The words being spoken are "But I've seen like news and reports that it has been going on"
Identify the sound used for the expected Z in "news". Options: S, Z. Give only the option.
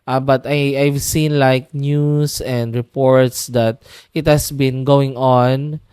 S